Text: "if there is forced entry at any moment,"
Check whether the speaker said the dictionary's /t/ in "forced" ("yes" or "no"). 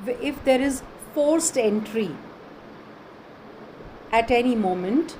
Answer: yes